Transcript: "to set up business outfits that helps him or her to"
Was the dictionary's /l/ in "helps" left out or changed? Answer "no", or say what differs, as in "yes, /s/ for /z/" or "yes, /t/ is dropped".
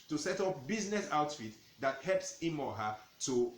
no